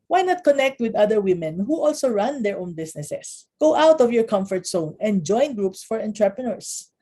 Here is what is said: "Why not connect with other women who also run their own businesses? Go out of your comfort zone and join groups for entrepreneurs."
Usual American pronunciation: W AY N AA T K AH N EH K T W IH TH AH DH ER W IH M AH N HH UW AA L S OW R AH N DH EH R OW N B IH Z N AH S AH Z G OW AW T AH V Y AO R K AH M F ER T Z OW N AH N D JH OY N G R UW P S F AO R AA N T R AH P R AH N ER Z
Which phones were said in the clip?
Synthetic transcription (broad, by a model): W AY N AA T K AH N EH K T W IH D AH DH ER W IH M AH N HH UW AA L S OW R AH N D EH R OW N B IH S N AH S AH S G OW AW T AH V Y AO R K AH M F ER T S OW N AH N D JH OY N G R UW P S F AO R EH N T R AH P R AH N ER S